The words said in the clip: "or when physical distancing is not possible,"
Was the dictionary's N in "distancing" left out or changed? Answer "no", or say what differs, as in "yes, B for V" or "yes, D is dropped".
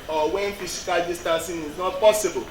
yes, N is dropped